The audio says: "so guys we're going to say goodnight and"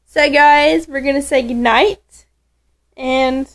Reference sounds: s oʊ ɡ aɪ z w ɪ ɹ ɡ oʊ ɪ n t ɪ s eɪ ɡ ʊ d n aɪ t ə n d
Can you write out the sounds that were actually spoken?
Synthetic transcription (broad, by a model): s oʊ ɡ aɪ z w ɪ ɹ ɡ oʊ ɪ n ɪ s eɪ ɡ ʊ d n aɪ t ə n